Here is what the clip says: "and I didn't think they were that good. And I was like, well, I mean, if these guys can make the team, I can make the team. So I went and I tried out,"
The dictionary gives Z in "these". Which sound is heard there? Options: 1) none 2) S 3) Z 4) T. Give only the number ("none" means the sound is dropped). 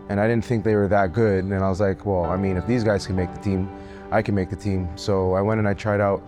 3